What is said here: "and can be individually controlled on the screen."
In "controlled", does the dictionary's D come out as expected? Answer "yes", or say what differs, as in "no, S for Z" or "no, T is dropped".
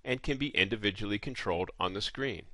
yes